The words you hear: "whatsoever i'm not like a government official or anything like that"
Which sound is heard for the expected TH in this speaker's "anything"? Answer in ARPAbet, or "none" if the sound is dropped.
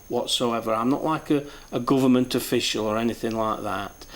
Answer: TH